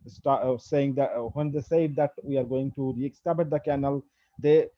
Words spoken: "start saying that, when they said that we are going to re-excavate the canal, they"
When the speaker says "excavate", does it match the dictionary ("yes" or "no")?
no